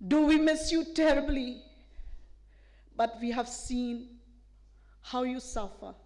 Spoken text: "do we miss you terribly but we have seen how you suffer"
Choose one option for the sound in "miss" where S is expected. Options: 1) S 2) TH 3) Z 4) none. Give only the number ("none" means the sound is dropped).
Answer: 1